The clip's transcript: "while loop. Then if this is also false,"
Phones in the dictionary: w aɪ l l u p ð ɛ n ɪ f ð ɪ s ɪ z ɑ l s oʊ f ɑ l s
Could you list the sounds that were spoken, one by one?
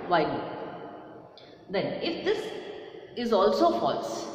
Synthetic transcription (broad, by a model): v aɪ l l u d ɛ n ɪ f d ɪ s ɪ z ɑ l s oʊ f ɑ l s